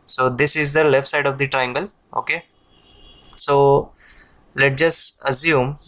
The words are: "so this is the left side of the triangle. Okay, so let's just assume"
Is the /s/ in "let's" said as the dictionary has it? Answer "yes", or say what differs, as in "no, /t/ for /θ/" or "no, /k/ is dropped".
no, /s/ is dropped